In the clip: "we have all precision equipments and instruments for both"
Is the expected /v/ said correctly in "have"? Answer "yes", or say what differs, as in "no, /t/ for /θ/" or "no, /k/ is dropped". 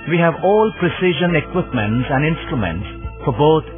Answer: yes